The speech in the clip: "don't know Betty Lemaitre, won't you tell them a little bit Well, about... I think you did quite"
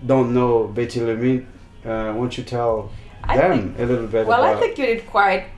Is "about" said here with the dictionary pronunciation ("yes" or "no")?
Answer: no